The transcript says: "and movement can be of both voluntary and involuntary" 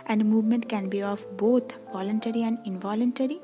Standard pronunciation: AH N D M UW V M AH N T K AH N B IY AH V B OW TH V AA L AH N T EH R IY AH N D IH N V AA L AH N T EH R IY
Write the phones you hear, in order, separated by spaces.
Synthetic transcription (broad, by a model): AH N D M UW V M AH N T K AH N B IY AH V B OW T V AA L AH N T EH R IY AH N D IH N V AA L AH N T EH R IY